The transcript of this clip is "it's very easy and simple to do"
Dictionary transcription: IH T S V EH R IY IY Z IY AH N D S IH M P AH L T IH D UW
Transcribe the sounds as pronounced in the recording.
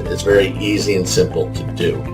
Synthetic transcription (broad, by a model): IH T S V EH R IY IY Z IY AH N S IH M P L T IH D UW